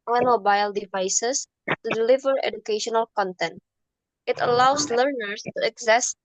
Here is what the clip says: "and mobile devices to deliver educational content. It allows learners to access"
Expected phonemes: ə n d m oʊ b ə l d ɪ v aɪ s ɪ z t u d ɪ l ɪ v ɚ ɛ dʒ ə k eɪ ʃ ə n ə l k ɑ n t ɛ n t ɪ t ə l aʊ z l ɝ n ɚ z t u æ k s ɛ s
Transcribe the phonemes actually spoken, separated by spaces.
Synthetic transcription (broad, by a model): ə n m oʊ b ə l d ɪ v aɪ s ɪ s t u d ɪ l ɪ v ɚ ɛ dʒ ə k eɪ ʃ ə n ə l k ɑ n t ɛ n t ɪ t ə l aʊ s l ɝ n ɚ s t u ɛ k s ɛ s